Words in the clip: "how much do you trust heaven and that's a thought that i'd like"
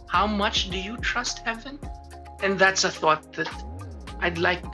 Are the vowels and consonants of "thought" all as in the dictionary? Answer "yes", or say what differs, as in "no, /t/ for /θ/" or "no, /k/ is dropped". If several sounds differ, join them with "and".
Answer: yes